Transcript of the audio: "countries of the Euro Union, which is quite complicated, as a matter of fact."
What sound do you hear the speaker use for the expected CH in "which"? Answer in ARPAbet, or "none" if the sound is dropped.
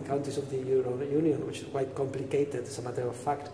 CH